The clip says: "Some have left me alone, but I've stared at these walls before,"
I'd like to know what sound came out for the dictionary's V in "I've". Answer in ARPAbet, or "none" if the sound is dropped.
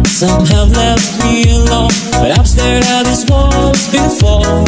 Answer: P